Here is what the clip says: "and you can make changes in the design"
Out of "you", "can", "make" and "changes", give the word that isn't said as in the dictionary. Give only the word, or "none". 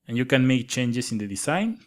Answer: changes